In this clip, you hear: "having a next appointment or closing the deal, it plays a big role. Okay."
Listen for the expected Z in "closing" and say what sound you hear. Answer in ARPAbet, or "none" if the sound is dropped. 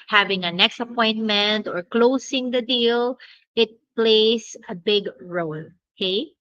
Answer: S